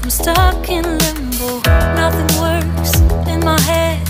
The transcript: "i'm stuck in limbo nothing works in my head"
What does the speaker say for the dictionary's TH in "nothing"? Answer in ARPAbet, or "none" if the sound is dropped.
TH